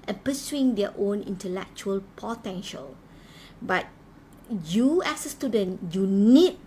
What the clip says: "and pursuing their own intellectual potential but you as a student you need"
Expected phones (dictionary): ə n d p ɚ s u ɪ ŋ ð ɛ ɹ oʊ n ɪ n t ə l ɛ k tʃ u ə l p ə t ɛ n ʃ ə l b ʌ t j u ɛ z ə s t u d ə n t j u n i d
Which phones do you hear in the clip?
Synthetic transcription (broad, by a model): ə n p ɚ s u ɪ ŋ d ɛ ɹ oʊ n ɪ n t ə l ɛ k tʃ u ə l p ə t ɛ n ʃ ə l b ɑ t j u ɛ s ə s t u d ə n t j u n i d